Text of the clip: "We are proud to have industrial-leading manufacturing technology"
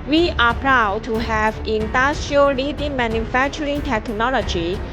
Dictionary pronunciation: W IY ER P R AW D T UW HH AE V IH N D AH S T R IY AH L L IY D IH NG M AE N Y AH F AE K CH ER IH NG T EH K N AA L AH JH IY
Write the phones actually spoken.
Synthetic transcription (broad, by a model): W IY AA P R AW D T UW HH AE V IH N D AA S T IY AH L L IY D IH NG M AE N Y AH F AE K CH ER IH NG T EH K N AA L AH JH IY